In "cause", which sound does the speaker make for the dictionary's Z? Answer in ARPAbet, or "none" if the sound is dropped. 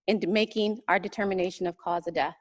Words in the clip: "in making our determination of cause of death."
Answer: Z